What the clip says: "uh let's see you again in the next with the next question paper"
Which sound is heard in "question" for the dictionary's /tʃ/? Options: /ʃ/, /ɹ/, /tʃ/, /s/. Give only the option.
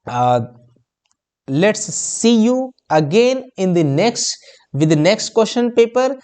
/ʃ/